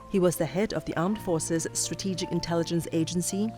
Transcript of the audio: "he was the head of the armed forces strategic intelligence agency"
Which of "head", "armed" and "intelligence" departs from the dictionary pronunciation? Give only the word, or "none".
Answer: none